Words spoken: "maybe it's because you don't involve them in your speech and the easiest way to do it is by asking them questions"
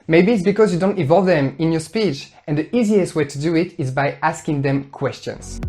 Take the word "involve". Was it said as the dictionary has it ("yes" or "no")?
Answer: no